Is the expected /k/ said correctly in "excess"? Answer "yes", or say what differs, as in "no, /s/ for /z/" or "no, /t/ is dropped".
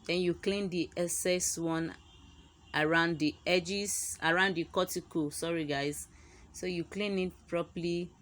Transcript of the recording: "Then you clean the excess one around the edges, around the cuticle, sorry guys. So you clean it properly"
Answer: no, /k/ is dropped